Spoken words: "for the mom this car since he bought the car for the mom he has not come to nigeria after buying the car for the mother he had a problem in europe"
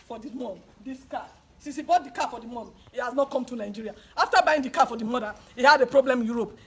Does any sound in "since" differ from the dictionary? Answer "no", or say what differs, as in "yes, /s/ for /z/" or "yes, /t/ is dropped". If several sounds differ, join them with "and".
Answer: yes, /n/ is dropped